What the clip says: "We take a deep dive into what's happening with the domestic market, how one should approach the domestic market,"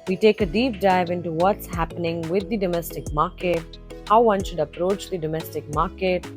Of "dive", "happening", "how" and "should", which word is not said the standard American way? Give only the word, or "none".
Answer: none